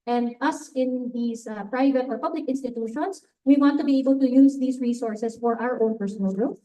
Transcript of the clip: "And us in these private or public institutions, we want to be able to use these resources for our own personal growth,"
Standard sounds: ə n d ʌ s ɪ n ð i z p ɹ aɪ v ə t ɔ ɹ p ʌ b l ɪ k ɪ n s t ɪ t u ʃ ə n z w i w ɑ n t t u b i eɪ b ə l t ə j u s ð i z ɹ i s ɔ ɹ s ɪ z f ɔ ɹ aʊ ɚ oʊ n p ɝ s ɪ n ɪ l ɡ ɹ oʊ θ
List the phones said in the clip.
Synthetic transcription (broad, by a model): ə n d ʌ s ɪ n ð i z p ɹ aɪ v ə t ɔ ɹ p ʌ b l ɪ k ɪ n s t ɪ t u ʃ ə n s w i w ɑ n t t u b i eɪ b ə l t ə j u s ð i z ɹ i s ɔ ɹ s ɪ s f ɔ ɹ aʊ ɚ oʊ n p ɝ s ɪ n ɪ l ɡ ɹ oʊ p